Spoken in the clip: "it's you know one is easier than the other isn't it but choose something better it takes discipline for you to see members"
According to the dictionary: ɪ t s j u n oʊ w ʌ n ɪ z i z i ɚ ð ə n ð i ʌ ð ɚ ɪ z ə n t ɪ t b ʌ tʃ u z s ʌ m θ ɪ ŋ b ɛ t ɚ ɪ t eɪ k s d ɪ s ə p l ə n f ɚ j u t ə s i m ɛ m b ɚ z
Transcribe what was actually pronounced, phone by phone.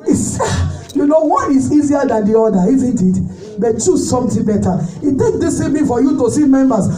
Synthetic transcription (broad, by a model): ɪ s j u n oʊ w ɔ n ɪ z i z i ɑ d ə n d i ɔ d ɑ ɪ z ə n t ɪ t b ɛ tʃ u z s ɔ m t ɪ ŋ b ɛ t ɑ ɪ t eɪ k d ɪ s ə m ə f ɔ j u t ə s i m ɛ m b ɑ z